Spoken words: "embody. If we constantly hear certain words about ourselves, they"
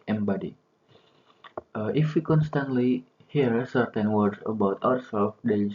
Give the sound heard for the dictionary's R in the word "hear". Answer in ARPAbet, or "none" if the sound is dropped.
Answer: R